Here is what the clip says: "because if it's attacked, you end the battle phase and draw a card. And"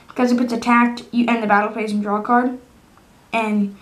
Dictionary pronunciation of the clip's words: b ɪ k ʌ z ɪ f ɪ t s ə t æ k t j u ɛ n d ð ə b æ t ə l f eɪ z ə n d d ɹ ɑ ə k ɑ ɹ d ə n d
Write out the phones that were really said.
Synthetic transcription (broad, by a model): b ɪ k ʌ z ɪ p ɪ t s ə t æ k t j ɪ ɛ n ð ə b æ t l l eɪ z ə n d d ɹ ɑ k ɑ ɹ d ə n